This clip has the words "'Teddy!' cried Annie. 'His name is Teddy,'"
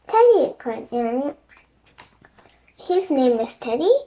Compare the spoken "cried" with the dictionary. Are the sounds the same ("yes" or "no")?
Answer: no